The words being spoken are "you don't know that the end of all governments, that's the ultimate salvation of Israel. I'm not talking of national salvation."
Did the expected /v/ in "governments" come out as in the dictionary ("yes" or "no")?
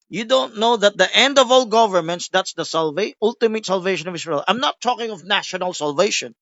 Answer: yes